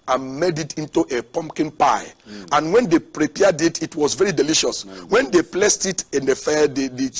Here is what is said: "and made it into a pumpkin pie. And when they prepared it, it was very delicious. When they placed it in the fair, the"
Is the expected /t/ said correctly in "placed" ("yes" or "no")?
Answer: yes